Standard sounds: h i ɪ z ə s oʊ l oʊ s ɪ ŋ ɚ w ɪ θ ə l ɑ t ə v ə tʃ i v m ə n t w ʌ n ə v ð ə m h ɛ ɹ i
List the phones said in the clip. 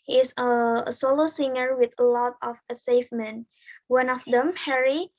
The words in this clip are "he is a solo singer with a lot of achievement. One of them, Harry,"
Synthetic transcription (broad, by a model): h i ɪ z ə s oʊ l oʊ s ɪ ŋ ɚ w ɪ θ ə l ɑ t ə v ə s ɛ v m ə n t w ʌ n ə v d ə m h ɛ ɹ i